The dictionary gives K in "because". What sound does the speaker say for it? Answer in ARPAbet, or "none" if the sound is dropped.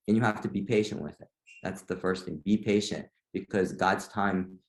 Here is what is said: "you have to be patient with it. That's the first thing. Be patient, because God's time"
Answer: K